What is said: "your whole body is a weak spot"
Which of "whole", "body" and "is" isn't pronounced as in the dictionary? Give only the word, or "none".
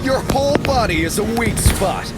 none